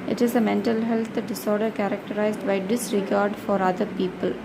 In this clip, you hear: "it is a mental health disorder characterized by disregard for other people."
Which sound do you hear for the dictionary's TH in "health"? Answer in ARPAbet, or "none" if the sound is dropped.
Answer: T